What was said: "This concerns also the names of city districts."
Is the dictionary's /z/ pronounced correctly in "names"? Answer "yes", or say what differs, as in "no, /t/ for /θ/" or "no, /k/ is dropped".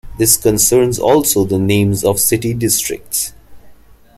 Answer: yes